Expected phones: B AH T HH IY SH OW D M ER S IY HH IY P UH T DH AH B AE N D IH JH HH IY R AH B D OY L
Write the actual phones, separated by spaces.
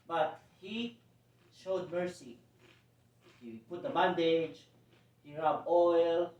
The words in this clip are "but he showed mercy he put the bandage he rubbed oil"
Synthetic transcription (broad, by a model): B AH T HH IY SH OW D M ER S IY HH IY P UH T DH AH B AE N D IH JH HH IY R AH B OY L